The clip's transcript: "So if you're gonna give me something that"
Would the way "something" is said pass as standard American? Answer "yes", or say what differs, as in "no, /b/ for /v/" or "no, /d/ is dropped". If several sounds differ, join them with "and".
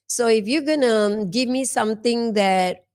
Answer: no, /t/ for /θ/